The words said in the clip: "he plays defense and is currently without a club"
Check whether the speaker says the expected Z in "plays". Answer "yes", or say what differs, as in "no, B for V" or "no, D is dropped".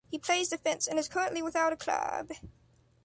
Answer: yes